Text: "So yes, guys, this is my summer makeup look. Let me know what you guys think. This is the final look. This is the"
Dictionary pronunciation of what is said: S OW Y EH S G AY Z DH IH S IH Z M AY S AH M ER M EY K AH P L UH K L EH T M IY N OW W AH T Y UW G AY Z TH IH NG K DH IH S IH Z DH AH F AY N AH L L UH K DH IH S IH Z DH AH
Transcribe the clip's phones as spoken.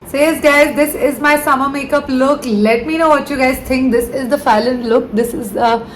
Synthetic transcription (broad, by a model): S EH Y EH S G AY Z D IH S IH Z M AY S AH M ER M EY K AH P L UH K L EH T M IY N OW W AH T Y UW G AY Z T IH NG K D IH S IH Z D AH F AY L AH N L UH K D IH S IH Z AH